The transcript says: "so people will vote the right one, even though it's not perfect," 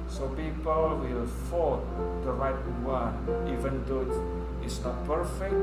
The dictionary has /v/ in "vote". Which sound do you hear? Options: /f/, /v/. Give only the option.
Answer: /f/